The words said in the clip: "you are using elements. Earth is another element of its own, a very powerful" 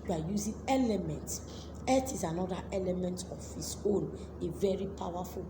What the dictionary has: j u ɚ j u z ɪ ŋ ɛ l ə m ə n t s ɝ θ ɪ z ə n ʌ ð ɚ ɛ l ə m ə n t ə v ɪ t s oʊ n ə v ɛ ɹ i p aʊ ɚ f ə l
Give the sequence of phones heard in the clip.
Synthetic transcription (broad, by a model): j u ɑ j u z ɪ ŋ ɛ l ə m ə n t s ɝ t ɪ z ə n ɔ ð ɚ ɛ l ə m ə n t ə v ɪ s oʊ n ə v ɛ ɹ i p aʊ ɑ f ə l